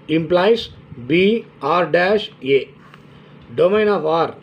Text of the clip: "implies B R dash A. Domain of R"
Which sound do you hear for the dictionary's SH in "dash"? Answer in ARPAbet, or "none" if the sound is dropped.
SH